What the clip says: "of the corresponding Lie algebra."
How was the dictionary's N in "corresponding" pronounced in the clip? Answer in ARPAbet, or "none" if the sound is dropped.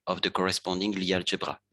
none